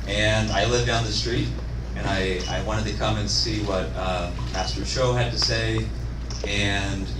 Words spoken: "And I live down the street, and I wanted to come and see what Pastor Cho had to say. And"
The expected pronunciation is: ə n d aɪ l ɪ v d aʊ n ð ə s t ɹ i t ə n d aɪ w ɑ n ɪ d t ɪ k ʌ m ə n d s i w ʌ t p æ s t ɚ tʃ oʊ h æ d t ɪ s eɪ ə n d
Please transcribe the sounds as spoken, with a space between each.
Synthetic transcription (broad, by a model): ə n aɪ l ɪ v d aʊ n ð ə s t ɹ i t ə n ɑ aɪ w ɑ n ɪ d t ɪ k ʌ m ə n s i w ʌ t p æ s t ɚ ʃ oʊ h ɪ d t ɪ s eɪ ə n